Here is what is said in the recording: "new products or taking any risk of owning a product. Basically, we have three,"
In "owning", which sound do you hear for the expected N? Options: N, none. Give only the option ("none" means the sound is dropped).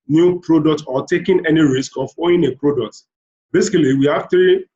none